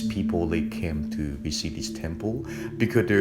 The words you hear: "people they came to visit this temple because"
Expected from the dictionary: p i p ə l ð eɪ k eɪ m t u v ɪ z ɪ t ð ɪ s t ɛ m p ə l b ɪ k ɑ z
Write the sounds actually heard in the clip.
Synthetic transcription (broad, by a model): p i p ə l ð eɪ k eɪ m t u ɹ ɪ s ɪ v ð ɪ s t ɛ m p ə l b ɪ k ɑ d